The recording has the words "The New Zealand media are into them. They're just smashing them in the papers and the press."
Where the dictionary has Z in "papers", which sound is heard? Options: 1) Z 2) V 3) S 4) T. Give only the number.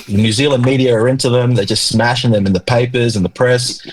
1